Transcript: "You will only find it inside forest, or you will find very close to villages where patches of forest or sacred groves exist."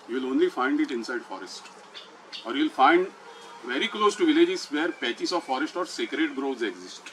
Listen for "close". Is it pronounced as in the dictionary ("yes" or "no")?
yes